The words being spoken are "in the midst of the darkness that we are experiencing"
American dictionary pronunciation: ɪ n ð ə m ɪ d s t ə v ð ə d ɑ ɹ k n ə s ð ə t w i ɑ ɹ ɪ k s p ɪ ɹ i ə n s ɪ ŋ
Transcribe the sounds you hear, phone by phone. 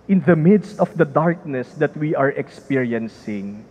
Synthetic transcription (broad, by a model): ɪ n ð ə m ɪ d s t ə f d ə d ɑ ɹ k n ə s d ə t w i ɑ ɹ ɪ k s p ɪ ɹ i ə n s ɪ ŋ